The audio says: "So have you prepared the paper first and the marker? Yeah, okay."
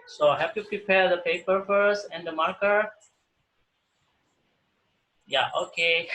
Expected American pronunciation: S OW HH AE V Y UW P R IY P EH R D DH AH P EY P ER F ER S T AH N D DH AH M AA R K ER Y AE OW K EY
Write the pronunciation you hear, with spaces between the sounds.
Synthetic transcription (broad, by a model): S OW HH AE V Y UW P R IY P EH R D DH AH P EY P ER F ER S AH N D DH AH M AA R K ER Y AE OW K EY